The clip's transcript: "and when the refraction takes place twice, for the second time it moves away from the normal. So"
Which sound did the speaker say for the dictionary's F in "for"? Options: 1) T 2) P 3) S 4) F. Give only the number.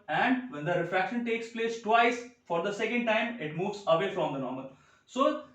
4